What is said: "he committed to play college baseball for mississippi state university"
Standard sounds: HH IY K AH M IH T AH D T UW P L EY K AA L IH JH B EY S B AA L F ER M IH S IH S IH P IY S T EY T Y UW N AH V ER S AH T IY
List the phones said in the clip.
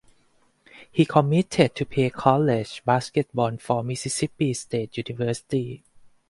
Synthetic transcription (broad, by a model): HH IY K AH M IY T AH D T UW P EY K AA L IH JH B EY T B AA N F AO M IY S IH S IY P IY S T EY T Y UW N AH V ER S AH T IY